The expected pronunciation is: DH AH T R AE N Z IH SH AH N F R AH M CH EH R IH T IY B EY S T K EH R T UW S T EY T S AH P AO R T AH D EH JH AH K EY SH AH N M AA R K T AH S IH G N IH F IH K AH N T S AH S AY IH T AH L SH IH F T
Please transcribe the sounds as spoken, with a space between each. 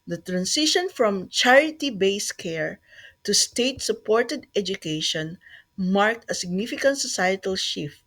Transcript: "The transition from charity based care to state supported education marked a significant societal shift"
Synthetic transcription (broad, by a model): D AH T R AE N S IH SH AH N F R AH M CH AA R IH T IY B EY S K EH R T UW S T EY T S AH P AO R T AH D EH JH AH K EY SH AH N M AA R K T AH S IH G N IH F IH K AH N T S AH S AY IH T AH L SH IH F T